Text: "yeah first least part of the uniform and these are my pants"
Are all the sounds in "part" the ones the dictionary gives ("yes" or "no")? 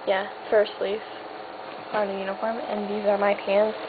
no